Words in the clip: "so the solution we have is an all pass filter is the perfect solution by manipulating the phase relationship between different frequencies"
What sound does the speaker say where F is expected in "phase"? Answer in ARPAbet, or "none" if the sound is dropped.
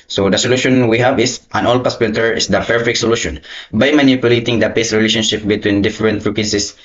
P